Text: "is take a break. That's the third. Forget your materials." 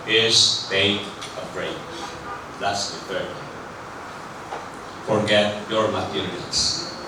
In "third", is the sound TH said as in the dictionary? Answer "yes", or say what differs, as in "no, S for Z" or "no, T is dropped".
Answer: no, F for TH